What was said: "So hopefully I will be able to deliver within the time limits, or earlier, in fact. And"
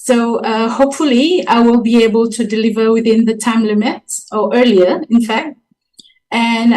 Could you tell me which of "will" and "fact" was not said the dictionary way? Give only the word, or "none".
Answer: none